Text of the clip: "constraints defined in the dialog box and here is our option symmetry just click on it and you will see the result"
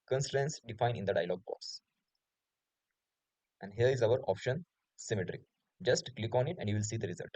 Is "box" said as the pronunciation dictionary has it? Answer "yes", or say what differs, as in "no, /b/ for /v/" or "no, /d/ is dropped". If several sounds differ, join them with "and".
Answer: no, /k/ is dropped